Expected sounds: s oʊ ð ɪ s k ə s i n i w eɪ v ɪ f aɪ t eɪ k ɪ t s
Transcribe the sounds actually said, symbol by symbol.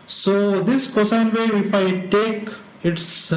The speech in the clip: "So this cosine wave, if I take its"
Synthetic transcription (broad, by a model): s oʊ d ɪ s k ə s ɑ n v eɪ ɪ f aɪ t eɪ k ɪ t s